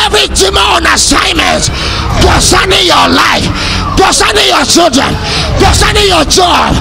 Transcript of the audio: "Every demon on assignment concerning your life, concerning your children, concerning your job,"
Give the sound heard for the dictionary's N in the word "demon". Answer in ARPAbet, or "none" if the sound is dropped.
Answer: none